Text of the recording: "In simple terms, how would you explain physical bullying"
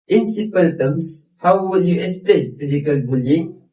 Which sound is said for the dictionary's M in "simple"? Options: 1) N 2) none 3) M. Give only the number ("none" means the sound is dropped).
2